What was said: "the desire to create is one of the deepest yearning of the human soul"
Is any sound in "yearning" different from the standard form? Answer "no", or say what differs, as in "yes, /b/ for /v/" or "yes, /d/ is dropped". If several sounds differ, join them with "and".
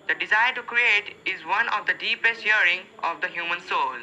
yes, /n/ is dropped